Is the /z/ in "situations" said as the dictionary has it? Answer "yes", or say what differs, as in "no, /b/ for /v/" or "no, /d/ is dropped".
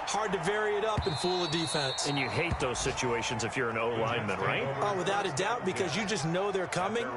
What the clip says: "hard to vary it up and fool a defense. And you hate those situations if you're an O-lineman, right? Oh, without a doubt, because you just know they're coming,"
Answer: yes